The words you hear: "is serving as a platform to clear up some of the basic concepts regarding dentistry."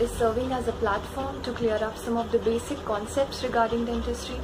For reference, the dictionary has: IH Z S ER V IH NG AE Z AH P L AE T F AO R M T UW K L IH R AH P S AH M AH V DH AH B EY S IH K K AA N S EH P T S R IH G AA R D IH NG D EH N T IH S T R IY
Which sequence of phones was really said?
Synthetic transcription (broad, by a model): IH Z S ER V IH NG AE Z AH P L AE T F AO R M T UW K L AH R AH P S AH M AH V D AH B EY S IH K K AA N S EH P T S R IH G AA R D IH NG D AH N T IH S T R IY